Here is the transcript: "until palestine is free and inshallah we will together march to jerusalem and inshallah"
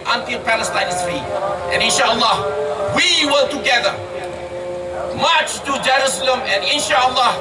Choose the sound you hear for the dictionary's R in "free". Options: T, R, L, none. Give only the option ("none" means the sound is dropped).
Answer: none